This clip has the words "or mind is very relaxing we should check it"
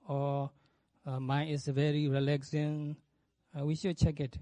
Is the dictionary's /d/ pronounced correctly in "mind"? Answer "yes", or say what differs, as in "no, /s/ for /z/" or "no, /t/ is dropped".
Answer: no, /d/ is dropped